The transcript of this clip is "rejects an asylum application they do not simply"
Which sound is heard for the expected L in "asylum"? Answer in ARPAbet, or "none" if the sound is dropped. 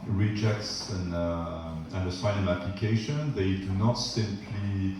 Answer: N